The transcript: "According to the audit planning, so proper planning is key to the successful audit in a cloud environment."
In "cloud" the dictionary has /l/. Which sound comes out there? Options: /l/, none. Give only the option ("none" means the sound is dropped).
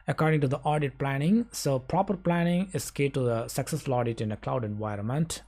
/l/